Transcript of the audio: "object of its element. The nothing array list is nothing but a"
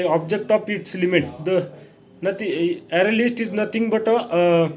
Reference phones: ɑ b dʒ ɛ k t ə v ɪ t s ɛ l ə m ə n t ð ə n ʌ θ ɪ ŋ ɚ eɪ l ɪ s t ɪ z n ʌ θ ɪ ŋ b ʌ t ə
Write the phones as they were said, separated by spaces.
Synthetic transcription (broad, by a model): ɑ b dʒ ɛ k t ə f ɪ t s l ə m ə t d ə n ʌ t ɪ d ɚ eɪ l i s t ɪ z n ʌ t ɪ ŋ b ʌ t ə